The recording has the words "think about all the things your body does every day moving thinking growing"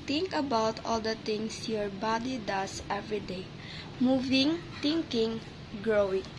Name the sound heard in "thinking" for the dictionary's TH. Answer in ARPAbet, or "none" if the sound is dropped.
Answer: T